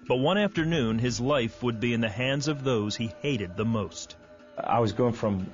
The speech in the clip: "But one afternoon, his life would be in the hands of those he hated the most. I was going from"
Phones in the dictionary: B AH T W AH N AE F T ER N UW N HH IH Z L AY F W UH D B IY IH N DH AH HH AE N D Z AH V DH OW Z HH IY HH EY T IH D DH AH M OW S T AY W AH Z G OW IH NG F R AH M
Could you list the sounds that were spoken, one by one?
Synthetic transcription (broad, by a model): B AH T W AH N AE F T ER N UW N IH Z L AY F W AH D B IY IH N DH AH HH AE N D Z AH V DH OW Z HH IY HH EY T IH D DH AH M OW S T AY W AH Z G OW IH NG F R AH M